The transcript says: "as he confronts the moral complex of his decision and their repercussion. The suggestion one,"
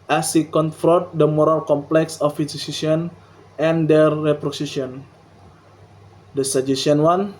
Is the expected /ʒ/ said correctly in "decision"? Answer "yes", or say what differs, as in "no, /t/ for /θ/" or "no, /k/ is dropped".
no, /s/ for /ʒ/